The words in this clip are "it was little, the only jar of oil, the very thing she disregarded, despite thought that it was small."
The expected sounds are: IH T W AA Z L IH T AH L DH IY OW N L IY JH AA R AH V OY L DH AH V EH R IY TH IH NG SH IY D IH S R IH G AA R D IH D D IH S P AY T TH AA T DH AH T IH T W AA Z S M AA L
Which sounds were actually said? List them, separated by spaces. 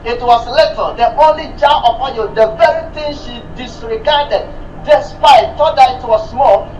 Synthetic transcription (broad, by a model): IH T W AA S L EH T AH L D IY OW N L IY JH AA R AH P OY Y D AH V EH R IY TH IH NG SH IY D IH S R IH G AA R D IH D D IH S P AY T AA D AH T IH T W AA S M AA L